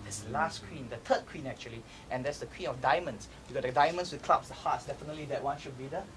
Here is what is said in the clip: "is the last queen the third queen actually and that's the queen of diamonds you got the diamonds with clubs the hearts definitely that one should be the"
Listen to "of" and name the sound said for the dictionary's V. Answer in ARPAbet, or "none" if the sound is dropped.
F